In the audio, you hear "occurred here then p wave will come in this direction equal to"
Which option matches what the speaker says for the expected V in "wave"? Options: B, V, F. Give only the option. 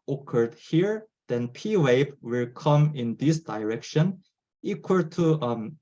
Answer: B